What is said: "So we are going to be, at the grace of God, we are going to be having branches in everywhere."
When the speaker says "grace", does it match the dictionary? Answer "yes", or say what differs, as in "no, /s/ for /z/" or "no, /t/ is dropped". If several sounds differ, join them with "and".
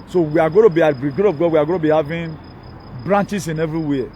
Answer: no, /ɹ/ is dropped